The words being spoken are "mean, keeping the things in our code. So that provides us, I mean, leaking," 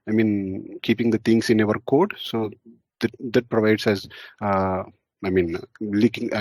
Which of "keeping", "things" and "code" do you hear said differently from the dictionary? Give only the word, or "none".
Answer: things